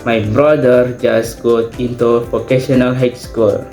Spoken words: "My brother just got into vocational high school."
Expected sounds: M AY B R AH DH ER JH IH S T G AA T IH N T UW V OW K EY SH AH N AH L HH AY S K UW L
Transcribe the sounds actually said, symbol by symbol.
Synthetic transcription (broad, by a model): M AY B R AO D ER JH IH S G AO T IH N T UW P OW K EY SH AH N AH L HH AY S K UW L